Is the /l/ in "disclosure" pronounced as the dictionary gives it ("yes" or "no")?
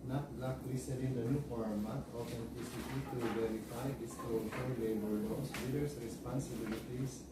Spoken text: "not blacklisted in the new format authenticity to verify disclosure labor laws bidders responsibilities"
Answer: no